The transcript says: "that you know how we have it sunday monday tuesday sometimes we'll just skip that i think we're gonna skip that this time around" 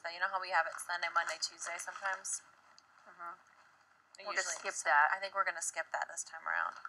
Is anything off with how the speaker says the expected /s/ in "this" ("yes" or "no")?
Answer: no